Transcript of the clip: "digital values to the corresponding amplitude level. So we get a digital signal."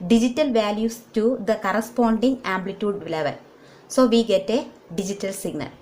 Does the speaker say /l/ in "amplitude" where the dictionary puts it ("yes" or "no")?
yes